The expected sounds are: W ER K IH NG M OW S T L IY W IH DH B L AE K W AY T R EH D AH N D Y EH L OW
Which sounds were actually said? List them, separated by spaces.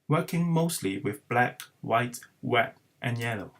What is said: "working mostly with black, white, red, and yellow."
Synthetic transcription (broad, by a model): W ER K IH NG M OW S T L IY W IH DH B L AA K W AY T W EH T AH N Y EH L OW